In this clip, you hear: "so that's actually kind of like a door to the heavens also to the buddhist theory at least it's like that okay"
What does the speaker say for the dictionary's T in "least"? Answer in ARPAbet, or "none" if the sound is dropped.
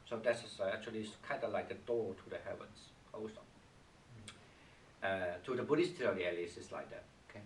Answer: none